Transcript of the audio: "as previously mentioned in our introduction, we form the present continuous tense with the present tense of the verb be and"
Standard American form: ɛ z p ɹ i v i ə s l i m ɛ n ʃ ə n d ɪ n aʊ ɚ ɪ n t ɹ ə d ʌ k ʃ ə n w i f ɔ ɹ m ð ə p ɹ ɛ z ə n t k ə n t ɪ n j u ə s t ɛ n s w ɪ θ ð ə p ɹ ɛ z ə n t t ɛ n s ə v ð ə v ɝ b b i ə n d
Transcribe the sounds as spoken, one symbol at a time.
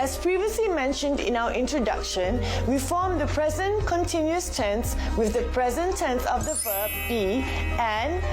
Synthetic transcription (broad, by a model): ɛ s p ɹ i v i ə s l i m ɛ n ʃ ə n d ɪ n aʊ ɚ ɪ n t ɹ ə d ʌ k ʃ ə n w i f ɔ m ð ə p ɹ ɛ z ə n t k ə n t ɪ n j u ə s t ɛ n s w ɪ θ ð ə p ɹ ɛ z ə n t t ɛ n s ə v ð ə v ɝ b b i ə n